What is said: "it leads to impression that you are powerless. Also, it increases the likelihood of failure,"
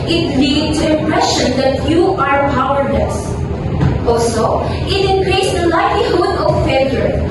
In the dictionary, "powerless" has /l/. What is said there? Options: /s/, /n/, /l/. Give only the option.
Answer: /n/